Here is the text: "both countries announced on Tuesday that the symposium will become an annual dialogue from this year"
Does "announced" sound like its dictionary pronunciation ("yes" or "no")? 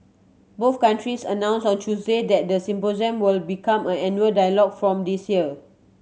no